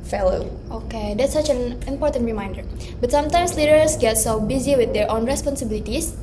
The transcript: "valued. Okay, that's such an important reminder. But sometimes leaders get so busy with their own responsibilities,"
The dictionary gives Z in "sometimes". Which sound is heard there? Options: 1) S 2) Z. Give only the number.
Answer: 1